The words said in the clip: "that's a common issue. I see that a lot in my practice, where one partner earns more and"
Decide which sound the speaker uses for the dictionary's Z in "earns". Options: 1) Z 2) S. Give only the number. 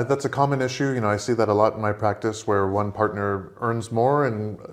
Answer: 1